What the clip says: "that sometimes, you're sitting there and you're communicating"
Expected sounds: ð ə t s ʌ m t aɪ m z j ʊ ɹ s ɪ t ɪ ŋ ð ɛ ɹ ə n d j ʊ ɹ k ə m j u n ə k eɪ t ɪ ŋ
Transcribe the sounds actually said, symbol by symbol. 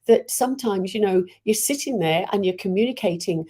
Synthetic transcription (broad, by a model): ð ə t s ʌ m t aɪ m z j ʊ ɹ s ɪ t ɪ ŋ ð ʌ ɹ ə n j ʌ ɹ k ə m j u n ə k eɪ t ɪ ŋ